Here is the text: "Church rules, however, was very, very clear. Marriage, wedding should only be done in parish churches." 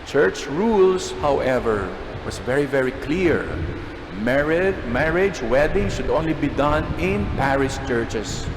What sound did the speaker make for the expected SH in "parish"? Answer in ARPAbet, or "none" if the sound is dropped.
S